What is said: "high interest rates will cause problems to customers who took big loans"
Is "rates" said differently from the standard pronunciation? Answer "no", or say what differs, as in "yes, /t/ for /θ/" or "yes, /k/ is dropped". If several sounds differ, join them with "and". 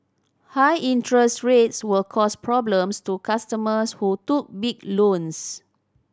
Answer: no